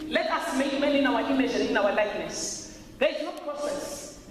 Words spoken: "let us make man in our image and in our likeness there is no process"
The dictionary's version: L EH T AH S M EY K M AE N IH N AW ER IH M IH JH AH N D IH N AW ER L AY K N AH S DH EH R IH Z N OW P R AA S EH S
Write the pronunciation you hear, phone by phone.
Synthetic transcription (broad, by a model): L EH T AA S M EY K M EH L IH N AW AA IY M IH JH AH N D IH N AW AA L AY K N AH S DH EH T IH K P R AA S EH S